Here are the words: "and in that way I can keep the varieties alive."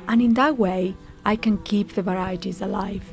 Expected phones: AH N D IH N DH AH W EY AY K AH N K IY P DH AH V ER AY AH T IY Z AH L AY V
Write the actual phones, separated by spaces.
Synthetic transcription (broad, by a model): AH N IH N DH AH W EY AY K AH N K IY P DH AH V ER AY AH T IY Z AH L AY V